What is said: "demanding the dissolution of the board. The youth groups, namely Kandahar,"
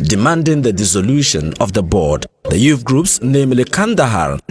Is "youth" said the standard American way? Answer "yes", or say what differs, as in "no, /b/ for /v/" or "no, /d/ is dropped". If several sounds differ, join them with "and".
no, /f/ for /θ/